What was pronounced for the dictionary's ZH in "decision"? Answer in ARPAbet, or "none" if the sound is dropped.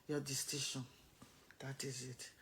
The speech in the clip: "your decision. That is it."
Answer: SH